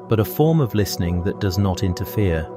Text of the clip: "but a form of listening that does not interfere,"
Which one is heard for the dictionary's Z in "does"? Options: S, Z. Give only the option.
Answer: Z